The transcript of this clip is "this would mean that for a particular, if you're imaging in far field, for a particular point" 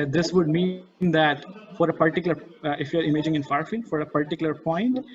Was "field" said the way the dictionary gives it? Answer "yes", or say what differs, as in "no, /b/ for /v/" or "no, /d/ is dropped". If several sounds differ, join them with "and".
yes